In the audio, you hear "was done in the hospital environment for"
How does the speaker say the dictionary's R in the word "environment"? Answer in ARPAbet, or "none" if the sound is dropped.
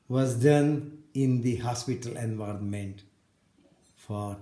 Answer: R